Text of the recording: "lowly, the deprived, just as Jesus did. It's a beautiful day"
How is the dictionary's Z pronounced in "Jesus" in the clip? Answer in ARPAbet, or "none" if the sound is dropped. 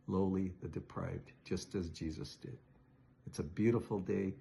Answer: Z